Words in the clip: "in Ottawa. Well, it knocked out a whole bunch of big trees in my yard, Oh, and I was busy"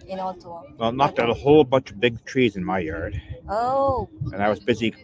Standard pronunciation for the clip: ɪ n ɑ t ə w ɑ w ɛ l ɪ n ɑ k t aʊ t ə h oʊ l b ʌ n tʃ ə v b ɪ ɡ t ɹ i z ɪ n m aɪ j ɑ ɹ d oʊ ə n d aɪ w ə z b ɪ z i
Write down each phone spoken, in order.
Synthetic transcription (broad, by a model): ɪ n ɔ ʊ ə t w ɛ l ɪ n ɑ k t aʊ t ə h oʊ l b ʌ n tʃ ə v b ɪ ɡ t ɹ i z ɪ n m aɪ j ɑ ɹ d oʊ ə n aɪ w ə z b ɪ z i